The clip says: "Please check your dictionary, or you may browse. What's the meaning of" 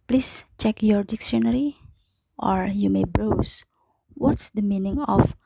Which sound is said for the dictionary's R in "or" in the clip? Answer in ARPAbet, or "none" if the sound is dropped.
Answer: R